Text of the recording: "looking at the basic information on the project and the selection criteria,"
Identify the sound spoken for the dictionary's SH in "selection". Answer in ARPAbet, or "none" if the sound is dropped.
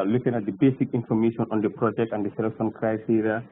S